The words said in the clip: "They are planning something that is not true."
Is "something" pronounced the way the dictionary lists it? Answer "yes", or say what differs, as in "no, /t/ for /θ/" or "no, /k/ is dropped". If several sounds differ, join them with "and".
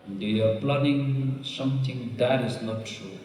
no, /t/ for /θ/